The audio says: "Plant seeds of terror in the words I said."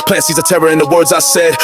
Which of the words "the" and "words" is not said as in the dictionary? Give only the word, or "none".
none